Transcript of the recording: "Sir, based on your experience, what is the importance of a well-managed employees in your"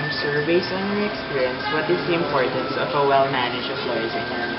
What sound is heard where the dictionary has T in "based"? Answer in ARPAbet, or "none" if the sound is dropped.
none